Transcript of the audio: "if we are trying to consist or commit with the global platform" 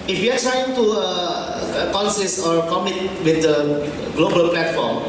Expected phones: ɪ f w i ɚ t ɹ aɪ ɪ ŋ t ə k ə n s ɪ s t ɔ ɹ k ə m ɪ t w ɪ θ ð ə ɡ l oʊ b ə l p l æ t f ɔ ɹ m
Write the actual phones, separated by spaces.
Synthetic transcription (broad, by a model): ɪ f w i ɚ t ɹ aɪ ɪ ŋ t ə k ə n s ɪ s ɔ ɹ k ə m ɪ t w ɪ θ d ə ɡ l oʊ b ə l p l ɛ t f ɔ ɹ m